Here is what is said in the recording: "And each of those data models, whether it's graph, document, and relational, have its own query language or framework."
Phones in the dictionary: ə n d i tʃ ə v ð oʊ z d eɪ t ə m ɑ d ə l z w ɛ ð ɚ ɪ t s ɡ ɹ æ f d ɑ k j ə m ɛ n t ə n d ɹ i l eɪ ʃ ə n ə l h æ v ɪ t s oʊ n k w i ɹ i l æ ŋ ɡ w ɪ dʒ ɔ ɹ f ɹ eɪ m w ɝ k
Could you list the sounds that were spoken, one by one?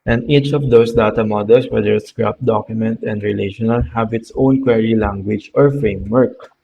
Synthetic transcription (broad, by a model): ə n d i tʃ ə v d oʊ s d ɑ t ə m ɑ d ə l s w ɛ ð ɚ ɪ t s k ɹ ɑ p d ɑ k j ə m ɛ n t ə n d ɹ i l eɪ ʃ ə n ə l h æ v ɪ t s oʊ n k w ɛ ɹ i l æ ŋ ɡ w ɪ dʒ ɔ ɹ f ɹ eɪ m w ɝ k